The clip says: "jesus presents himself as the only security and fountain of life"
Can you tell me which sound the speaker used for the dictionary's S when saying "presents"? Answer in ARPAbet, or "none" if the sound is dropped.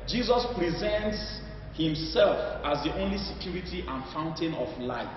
S